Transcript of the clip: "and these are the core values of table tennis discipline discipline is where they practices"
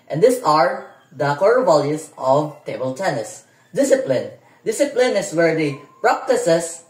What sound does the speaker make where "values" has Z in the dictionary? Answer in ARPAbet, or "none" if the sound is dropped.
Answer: S